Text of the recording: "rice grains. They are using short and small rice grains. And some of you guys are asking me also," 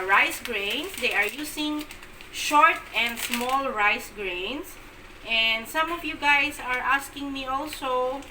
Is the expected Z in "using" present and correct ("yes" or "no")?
no